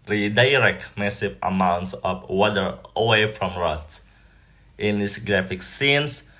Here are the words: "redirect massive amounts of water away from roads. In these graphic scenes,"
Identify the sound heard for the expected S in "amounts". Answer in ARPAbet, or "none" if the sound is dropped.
S